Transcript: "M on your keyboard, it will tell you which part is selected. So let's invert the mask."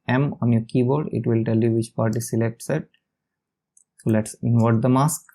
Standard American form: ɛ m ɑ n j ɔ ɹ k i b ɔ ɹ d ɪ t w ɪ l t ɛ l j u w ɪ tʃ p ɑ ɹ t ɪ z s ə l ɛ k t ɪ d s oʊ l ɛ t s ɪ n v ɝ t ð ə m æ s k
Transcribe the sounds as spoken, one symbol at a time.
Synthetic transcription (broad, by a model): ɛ m ɑ n j ɔ ɹ k i b ɔ ɹ d ɪ t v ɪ l t ɛ l j u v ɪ tʃ p ɑ ɹ t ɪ s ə l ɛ k t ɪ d s oʊ l ɛ t s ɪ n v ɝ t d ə m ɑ s k